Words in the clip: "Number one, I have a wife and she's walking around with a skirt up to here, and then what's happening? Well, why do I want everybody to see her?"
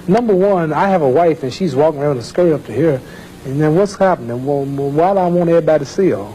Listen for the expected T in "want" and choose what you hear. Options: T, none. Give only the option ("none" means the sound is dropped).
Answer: none